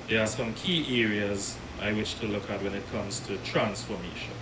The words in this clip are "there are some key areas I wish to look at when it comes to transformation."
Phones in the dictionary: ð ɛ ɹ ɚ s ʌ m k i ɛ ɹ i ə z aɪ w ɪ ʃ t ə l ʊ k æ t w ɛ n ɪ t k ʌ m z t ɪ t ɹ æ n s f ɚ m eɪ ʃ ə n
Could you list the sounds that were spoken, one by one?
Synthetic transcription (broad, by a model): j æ s ʌ m k i ɛ ɹ i ə z aɪ w ɪ ʃ t ə l ʊ k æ t w ɛ n ɪ t k ʌ m z t ɪ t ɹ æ n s f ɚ m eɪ ʃ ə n